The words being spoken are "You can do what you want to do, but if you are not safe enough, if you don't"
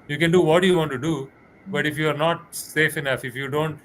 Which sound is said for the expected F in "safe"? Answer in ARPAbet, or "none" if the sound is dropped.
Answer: F